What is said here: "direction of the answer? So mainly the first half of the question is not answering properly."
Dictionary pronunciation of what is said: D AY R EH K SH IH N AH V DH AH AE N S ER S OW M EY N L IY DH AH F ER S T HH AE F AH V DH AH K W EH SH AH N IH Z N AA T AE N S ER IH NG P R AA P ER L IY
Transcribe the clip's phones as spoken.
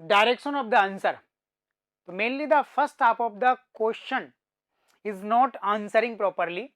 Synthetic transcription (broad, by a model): D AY R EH K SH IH N AH V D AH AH N S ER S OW M EY N L IY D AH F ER S T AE P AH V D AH K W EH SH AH N IH Z N AA T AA N S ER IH NG P R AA P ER L IY